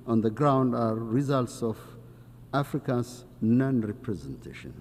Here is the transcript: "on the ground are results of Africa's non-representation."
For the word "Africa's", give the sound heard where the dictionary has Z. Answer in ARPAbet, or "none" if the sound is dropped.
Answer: S